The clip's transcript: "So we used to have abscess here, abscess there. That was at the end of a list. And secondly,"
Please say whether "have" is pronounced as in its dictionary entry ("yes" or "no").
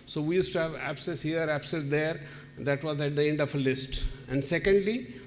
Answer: yes